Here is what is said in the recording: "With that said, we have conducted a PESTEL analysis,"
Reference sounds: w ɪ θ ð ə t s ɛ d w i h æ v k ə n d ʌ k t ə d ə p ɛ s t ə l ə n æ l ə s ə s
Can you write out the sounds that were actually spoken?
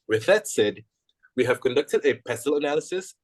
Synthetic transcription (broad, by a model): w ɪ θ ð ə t s ɛ d w i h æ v k ə n d ʌ k t ə d ə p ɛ s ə l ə n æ l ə s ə s